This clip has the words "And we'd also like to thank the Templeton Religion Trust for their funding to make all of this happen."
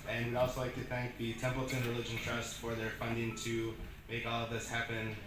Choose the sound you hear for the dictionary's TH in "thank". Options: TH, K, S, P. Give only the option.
TH